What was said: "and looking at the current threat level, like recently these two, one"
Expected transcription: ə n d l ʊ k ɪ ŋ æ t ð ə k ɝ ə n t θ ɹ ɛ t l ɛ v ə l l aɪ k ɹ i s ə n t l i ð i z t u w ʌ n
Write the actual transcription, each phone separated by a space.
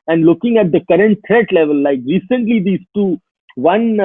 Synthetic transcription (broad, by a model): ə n d l ʊ k ɪ ŋ æ t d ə k ɝ ə n t t ɹ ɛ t l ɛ v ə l l aɪ k ɹ i s ə n t l i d i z t u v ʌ n